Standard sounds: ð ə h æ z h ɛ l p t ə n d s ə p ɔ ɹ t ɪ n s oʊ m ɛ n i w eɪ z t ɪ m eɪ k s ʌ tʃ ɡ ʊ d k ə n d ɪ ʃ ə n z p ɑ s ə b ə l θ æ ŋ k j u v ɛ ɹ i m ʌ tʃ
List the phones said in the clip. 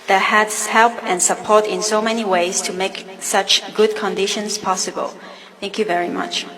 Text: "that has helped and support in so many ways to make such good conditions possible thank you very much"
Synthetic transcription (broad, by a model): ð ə h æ s h ɛ l p ə n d s ə p ɔ ɹ t ɪ n s oʊ m ɛ n i w eɪ z t ɪ m eɪ k s ʌ tʃ ɡ ʊ d k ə n d ɪ ʃ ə n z p ɑ s ə b ə l θ æ ŋ k j u v ɛ ɹ i m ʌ tʃ